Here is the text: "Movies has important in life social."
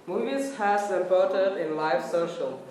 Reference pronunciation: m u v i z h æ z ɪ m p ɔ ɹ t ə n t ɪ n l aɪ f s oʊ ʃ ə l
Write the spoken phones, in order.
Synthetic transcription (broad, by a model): m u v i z h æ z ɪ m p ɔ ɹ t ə t ɪ n l aɪ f s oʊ ʃ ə l